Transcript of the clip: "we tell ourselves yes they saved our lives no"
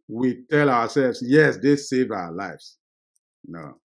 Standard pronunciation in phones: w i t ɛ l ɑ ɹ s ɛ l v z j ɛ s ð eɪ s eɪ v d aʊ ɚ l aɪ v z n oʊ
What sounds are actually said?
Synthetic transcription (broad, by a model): w i t ɛ l ɑ w s ɛ l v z j ɛ s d eɪ s eɪ v aʊ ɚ l aɪ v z n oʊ